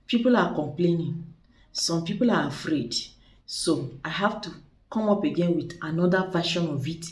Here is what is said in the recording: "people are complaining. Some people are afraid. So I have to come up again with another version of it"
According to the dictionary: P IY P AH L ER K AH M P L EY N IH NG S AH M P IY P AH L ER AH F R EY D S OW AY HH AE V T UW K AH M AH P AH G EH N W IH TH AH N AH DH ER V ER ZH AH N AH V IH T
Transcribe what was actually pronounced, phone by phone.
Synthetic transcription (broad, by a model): P IY P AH L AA K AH M P L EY N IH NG S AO M P IY P AH L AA AH F R EY D S OW AY HH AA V T UW K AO M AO P AH G EH N W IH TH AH N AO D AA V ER SH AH N AH V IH T